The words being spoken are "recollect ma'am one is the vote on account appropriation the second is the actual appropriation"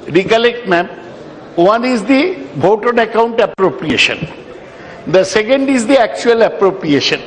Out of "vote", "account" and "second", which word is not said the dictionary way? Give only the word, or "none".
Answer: vote